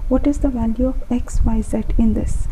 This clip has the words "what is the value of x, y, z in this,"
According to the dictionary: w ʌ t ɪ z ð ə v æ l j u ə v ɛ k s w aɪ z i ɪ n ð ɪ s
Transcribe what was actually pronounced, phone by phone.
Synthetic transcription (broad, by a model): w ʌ t ɪ z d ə v æ l j u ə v ɛ k s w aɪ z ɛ ɪ n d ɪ s